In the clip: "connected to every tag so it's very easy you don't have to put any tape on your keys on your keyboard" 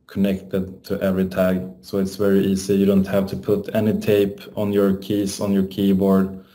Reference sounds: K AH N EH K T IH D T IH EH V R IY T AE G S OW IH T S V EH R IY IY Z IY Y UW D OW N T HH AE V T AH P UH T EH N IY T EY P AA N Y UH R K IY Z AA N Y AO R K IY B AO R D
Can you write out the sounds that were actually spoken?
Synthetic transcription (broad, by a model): K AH N EH K T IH D T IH EH V R IY T AE G S OW IH T S V EH R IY IY S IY Y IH D OW N T HH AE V T AH P UH T EH N IY T EY P AA N Y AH R K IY S AA N Y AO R K IY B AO R D